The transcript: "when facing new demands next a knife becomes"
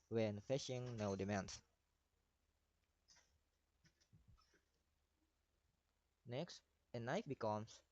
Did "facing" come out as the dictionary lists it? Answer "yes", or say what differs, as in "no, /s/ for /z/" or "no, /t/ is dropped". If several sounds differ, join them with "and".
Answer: no, /ʃ/ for /s/